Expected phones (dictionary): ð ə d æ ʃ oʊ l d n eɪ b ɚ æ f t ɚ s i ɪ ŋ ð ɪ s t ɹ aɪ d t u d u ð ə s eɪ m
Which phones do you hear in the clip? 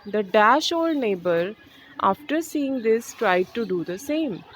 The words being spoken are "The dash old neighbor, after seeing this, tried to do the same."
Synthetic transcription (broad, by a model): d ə d æ ʃ oʊ l d n eɪ b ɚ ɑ f t ɚ s i ɪ ŋ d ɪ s t ɹ aɪ d t u d u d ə s eɪ m